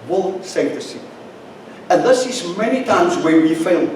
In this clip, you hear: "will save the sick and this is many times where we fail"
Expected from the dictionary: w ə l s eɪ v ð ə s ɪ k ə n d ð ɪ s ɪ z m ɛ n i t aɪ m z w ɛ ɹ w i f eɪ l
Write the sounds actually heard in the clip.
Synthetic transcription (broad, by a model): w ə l s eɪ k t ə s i ə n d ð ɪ s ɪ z m ɛ n i t aɪ m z w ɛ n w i f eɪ